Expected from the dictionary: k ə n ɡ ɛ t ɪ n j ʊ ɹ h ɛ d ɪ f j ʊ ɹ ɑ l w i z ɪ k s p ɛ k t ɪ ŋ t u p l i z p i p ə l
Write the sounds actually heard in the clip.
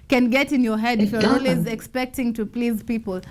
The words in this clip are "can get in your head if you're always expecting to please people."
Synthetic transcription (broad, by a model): k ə n ɡ ɛ t ɪ n j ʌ ɹ h ɛ d ɪ f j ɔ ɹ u l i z ɪ k s p ɛ k t ɪ ŋ t u p l i z p i p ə l